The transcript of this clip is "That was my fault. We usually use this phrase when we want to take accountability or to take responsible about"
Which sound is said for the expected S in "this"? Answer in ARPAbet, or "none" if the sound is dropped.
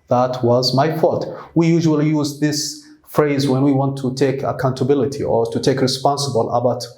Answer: S